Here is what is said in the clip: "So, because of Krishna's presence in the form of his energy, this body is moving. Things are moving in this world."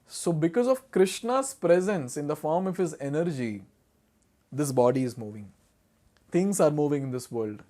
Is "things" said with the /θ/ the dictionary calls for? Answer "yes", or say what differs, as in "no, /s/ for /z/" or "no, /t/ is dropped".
no, /t/ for /θ/